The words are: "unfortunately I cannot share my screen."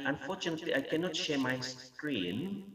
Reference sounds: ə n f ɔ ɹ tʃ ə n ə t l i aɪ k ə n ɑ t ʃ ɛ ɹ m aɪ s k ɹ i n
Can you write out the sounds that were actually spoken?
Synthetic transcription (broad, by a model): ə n f ɔ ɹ tʃ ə n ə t l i aɪ k ə n ɑ t ʃ ɛ ɹ m aɪ s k ɹ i n